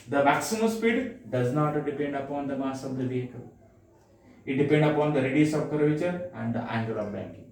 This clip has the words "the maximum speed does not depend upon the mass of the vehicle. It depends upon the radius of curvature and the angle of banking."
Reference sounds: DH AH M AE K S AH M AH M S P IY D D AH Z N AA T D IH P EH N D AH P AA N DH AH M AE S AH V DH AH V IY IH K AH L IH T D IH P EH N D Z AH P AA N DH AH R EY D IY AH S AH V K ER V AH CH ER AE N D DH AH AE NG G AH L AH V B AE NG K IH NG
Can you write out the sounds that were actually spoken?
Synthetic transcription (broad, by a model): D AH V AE K S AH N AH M S P IY D D AH Z N AA T D IH P EH N D AH P AA N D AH M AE S AH V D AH V IY IH K AH L IH T D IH P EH N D AH P AA N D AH R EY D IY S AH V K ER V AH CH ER AE N D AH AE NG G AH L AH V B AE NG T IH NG